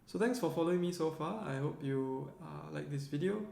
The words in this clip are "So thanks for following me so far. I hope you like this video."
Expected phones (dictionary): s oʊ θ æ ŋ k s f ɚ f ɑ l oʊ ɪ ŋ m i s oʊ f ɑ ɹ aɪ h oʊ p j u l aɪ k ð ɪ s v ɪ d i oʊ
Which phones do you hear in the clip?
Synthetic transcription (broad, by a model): s oʊ t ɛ ŋ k s f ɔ f ɑ l oʊ ɪ ŋ m i s oʊ f ɑ aɪ h oʊ p j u l aɪ k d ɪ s v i d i oʊ